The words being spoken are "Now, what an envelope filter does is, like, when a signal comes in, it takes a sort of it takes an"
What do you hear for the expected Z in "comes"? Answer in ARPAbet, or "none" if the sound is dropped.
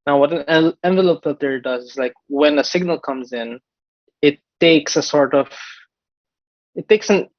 Z